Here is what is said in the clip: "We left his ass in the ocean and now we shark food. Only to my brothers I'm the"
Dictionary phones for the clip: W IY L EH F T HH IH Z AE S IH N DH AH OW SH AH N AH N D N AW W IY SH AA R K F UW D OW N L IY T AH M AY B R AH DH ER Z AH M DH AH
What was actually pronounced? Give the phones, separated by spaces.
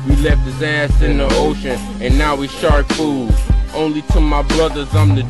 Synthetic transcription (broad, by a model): W IY L EH F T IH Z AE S IH N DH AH OW SH AH N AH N N AW W IY SH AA R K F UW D OW N L IY T AH M AY B L AH DH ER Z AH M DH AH